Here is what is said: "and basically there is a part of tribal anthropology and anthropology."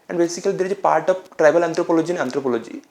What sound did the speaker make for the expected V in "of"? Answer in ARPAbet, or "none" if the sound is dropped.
P